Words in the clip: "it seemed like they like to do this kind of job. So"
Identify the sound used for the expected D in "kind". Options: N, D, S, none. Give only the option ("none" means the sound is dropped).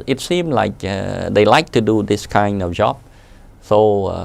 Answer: D